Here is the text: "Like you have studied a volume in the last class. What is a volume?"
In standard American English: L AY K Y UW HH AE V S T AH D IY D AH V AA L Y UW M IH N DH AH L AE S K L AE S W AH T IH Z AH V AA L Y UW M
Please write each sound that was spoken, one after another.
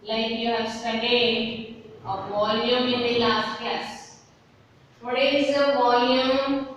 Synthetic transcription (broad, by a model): L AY K Y UW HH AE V S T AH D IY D AH V AA L Y UW M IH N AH L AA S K AE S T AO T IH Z AH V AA L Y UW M